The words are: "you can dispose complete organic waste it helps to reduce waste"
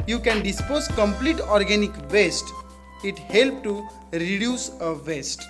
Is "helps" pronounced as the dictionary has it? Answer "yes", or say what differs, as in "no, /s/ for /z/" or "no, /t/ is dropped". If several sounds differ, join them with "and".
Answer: no, /s/ is dropped